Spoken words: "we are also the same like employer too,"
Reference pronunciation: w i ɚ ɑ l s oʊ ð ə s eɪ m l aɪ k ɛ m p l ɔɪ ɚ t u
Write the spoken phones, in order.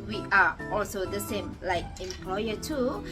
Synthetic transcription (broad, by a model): w i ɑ ɑ l s oʊ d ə s eɪ m l aɪ k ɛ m p l ɔɪ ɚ t u